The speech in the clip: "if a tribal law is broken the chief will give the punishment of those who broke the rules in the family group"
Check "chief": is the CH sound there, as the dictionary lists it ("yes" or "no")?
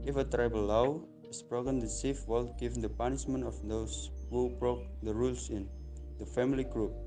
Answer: no